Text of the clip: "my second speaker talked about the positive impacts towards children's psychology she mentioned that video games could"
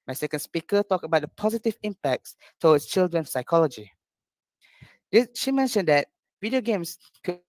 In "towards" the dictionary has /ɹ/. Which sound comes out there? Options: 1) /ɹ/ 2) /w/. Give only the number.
2